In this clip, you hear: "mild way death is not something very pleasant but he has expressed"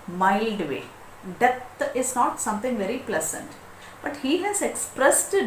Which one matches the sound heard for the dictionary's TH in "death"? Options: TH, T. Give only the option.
T